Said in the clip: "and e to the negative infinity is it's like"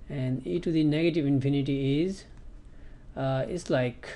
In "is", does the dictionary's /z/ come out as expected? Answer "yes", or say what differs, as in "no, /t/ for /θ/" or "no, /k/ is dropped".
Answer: yes